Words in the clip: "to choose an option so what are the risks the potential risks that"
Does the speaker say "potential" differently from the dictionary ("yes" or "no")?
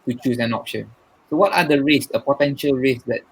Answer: no